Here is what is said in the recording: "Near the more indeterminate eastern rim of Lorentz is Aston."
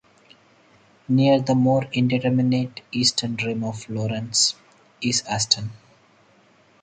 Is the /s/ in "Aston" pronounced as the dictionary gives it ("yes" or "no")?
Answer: yes